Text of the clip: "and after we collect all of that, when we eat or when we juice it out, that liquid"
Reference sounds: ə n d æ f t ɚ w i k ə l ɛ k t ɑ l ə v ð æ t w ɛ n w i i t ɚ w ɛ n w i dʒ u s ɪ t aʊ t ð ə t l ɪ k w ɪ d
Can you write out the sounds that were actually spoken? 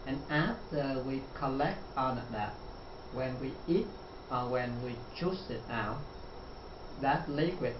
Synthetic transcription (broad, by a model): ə n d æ f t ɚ w i k ə l ɛ k t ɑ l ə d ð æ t w ɛ n w i i t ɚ w ɛ n w i tʃ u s ɪ t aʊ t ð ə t l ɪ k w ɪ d